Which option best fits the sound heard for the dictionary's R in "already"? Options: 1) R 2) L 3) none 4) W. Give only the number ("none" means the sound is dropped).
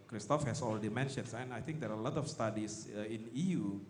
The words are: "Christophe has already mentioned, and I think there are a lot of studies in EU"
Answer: 2